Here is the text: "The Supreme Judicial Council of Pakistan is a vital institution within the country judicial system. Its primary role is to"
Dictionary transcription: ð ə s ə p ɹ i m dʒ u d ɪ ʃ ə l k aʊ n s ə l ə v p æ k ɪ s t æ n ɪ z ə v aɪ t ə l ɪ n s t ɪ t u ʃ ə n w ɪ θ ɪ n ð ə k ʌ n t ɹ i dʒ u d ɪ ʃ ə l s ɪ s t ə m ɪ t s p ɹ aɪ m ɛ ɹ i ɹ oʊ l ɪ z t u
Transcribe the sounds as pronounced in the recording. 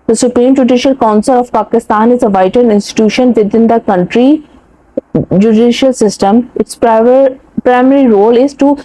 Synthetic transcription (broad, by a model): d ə s ə p ɹ i m dʒ u d ɪ ʃ ə l k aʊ n s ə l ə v p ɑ k ɪ s t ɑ n ɪ z ə v aɪ t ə n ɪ n s t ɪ t u ʃ ə n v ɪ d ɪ n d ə k ʌ n t ɹ i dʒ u d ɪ ʃ ə l s ɪ s t ə m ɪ t s p ɹ aɪ m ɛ ɹ i ɹ oʊ l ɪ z t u